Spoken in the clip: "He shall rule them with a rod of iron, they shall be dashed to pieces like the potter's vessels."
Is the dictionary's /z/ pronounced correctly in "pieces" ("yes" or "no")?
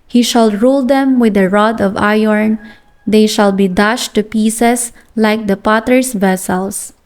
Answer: no